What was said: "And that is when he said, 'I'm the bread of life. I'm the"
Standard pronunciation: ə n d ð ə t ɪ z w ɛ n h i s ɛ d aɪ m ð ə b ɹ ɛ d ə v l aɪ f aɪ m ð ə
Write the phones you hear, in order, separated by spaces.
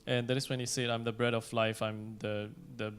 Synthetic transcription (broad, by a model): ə n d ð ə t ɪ s w ɛ n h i s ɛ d aɪ m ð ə b ɹ ɛ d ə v l aɪ f aɪ m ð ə